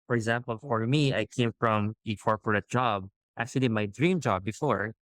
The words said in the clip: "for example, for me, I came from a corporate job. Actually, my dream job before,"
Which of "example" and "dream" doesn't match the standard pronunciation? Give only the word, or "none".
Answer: none